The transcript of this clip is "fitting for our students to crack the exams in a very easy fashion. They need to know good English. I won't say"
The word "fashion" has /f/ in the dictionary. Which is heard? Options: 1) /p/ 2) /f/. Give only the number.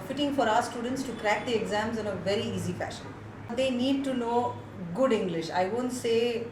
2